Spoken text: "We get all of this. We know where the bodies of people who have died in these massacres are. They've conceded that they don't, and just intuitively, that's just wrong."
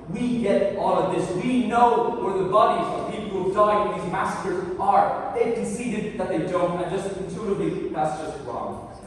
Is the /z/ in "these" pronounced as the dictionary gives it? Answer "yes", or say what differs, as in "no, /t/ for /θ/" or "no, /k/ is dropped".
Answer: yes